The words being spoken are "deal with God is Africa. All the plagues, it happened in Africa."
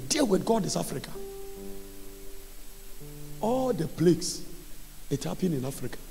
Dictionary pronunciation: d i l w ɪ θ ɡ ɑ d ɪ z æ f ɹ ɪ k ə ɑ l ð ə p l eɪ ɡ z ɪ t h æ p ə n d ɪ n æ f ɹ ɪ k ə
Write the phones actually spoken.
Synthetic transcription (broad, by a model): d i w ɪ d ɡ ɑ d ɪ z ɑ f ɹ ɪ k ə ɑ l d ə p l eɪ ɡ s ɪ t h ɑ p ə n ɪ n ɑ f ɹ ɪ k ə